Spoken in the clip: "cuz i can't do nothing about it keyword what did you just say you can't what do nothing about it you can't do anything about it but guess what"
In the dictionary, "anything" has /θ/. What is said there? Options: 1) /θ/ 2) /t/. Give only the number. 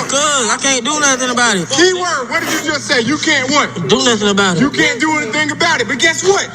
1